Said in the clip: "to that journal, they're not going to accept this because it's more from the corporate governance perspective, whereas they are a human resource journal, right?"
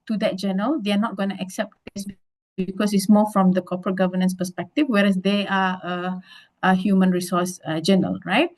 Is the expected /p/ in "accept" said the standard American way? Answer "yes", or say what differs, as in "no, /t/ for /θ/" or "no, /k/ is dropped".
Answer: yes